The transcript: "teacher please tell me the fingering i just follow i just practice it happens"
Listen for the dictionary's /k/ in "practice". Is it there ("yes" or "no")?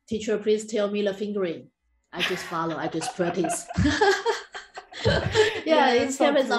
no